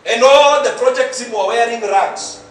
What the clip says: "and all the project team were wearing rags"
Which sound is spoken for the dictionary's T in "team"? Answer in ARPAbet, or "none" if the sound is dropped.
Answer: S